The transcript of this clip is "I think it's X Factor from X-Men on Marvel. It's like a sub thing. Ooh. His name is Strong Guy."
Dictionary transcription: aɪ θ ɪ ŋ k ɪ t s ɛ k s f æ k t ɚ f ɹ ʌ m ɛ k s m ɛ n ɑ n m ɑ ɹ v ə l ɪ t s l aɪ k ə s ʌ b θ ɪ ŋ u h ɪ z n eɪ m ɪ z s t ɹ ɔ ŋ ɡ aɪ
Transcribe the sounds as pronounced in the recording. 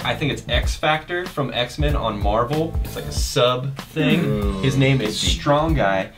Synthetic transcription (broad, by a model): aɪ θ ɪ ŋ k ɪ t s ɛ k s f æ k t ɚ f ɹ ʌ m ɛ k s m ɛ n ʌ n m ɑ ɹ v l ɪ t s l aɪ k ə s ʌ b θ ɪ ŋ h ɪ z n eɪ m ɪ z s t ɹ ɔ ŋ ɡ aɪ